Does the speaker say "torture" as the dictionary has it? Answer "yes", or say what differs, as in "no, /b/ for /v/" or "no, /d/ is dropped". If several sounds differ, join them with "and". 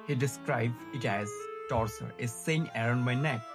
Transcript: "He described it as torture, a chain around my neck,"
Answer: no, /s/ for /tʃ/